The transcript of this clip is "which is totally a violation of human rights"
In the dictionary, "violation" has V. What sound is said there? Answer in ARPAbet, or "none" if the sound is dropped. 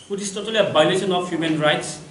B